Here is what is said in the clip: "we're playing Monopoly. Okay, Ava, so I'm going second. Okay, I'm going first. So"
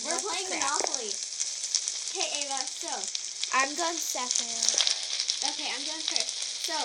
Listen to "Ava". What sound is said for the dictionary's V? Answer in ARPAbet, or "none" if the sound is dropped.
none